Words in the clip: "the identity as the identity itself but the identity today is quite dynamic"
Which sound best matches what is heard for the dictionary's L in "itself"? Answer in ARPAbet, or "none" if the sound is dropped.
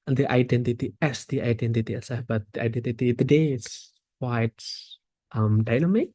none